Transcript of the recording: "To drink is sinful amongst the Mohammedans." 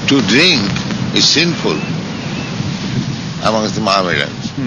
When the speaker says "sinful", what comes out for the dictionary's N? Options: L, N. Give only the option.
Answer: N